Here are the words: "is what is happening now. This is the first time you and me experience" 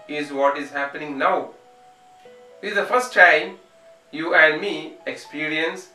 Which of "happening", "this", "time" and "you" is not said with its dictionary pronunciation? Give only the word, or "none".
this